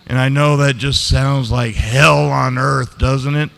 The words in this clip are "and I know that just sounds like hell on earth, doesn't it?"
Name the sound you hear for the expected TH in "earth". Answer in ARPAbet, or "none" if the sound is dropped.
TH